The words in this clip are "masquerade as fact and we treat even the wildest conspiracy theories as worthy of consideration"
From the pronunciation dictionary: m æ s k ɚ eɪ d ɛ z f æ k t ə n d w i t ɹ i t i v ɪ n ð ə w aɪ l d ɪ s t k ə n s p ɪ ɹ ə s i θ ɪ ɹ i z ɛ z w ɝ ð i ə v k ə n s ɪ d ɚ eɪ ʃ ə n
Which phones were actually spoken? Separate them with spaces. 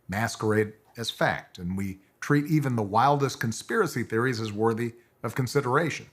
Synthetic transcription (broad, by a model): m æ s k ɚ eɪ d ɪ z f æ k t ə n w i t ɹ i t i v ɪ n ð ə w aɪ l d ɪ s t k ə n s p ɪ ɹ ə s i θ ɪ ɹ i z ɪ z w ɝ ð i ə v k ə n s ɪ d ɚ eɪ ʃ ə n